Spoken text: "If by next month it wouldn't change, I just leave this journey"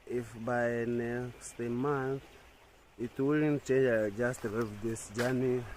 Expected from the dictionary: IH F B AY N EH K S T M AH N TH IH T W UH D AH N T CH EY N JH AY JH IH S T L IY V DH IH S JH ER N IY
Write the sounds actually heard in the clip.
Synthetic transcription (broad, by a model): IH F B AY N EH K S T M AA N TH IH T W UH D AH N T CH EY N JH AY JH IH S T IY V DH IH S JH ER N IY